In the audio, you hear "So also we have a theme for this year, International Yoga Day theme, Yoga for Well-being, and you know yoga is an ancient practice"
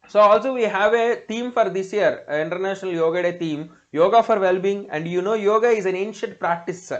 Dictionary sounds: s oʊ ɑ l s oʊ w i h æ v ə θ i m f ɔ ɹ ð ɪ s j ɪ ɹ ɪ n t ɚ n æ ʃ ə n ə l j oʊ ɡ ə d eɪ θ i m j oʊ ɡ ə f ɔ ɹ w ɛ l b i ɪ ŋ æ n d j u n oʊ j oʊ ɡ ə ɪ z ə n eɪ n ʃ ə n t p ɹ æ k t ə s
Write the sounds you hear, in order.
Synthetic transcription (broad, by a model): s oʊ ɑ l s oʊ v i h æ v ə t i m f ɔ ɹ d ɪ s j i ɹ ɪ n t ɚ n æ ʃ ə n ə l j oʊ ɡ ə d eɪ t i m j oʊ ɡ ə f ɔ ɹ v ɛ l b i ɪ ŋ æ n d j u n oʊ j oʊ ɡ ə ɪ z ə n eɪ n ʃ ə n t p ɹ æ k t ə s